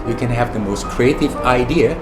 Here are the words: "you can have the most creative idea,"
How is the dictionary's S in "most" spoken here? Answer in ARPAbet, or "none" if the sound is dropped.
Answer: S